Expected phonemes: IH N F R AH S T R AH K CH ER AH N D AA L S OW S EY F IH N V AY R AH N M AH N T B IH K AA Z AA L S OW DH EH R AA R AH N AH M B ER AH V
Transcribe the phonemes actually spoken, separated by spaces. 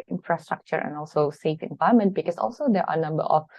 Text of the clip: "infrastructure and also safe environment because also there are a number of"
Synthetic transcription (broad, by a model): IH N F R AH S T R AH K CH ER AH N AA L S OW S EY F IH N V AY AH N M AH N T B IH K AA S AA L S OW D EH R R AH N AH M B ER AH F